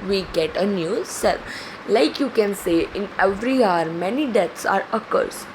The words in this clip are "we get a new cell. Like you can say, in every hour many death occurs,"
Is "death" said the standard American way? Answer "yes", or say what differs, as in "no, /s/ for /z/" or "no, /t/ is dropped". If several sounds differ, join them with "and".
no, /s/ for /θ/